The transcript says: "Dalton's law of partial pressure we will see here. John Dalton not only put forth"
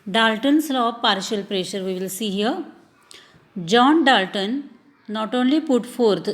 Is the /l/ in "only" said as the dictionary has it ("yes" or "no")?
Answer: yes